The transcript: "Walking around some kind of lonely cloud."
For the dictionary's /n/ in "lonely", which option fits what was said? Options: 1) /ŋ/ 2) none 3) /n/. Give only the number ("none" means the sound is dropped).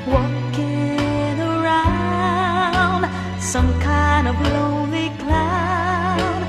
2